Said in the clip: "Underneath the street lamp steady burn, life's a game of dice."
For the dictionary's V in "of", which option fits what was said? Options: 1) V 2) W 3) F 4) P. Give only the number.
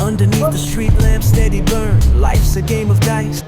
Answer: 1